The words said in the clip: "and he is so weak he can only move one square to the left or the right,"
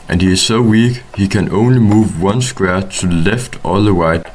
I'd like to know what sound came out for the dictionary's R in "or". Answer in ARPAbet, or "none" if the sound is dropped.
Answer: L